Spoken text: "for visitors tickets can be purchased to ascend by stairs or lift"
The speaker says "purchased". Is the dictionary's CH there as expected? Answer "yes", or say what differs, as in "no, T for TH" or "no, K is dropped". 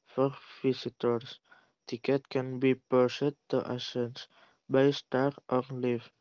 no, S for CH